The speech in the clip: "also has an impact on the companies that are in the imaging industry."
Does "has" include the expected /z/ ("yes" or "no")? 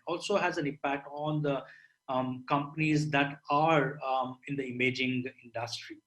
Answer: yes